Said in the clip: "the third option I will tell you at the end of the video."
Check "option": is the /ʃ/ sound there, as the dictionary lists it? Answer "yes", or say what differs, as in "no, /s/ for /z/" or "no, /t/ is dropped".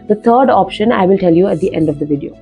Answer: yes